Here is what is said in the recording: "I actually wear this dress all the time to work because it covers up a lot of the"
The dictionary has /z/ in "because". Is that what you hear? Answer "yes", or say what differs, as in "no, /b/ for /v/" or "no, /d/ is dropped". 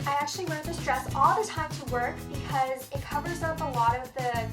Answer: yes